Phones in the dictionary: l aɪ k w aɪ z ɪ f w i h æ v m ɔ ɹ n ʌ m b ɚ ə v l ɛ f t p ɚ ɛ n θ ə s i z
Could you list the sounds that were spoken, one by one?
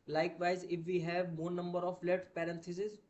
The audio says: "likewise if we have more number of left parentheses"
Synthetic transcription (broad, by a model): l aɪ k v aɪ z ɪ f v i h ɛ v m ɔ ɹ n ʌ m b ɚ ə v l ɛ t p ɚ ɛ n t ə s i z